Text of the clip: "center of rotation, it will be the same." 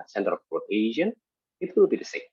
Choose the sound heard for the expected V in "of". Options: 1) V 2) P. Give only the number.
2